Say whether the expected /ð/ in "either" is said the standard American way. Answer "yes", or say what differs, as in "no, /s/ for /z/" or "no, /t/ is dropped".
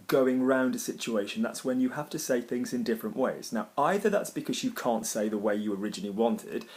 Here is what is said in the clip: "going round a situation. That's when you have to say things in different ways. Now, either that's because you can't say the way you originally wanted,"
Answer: yes